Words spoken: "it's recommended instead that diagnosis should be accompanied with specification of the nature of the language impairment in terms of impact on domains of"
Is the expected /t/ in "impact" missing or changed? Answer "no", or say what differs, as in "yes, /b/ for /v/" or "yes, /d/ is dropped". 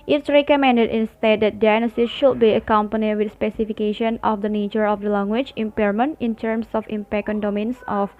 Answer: yes, /t/ is dropped